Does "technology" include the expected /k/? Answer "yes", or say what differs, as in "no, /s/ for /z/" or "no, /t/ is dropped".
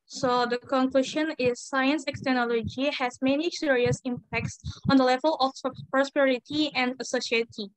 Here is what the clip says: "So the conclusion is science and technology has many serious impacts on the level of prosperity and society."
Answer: no, /k/ is dropped